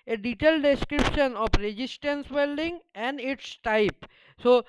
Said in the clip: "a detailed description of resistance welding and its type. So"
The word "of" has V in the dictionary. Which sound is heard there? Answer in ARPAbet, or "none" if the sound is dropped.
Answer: P